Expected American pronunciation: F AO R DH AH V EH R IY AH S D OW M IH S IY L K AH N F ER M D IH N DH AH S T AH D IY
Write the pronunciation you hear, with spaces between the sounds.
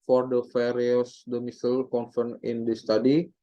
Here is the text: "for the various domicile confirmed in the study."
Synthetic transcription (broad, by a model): F AO R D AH F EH R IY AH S D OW M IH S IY L K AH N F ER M IH N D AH S T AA D IY